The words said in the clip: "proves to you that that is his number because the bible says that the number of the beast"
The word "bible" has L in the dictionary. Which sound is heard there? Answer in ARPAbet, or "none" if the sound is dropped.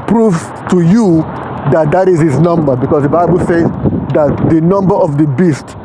L